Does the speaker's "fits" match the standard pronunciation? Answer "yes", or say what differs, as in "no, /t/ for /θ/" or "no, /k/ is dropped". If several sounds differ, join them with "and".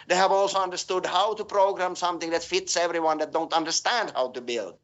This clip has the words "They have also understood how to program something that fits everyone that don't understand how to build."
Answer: yes